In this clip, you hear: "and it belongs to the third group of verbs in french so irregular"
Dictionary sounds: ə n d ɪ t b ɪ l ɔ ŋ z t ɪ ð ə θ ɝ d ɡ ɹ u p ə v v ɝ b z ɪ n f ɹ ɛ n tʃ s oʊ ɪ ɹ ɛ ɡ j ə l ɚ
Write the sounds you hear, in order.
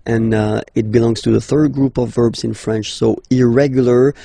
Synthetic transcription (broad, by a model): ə n ɪ t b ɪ l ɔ ŋ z t ɪ ð ə θ ɝ d ɡ ɹ u p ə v v ɝ b z ɪ n f ɹ ɛ n tʃ s oʊ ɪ ɹ ɛ ɡ j l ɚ